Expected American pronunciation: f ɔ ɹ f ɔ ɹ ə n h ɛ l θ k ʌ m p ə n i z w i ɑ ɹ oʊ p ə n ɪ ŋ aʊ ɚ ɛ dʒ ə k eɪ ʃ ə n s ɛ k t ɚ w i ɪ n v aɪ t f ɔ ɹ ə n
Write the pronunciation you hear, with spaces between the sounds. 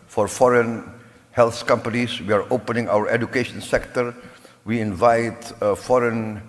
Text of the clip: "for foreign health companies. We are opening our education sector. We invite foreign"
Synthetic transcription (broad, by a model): f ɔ ɹ f ɔ ɹ ə n h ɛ l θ k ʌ m p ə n i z w i ɑ ɹ oʊ p ə n ɪ ŋ aʊ ɚ ɛ dʒ ə k eɪ ʃ ə n s ɛ k t ɚ w i ɪ n v aɪ t f ɔ ɹ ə n